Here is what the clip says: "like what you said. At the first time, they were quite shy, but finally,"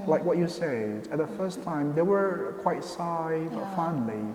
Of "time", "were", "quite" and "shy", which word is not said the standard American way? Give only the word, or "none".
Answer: shy